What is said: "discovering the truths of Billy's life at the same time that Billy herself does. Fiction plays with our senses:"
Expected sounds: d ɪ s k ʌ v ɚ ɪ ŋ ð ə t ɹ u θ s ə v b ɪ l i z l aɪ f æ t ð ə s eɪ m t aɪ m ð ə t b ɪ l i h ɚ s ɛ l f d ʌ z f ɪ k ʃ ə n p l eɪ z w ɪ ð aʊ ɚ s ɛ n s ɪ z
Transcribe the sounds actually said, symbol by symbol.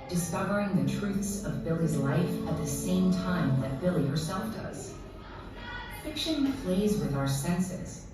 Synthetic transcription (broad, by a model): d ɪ s k ʌ v ɚ ɪ ŋ ð ə t ɹ u θ s ə v b ɪ l i z l aɪ f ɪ t ð ə s eɪ m t aɪ m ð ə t b ɪ l i h ɚ s ɛ l f d ʌ z f ɪ k ʃ ə n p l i z w ɪ ð aʊ ɚ s ɛ n s ɪ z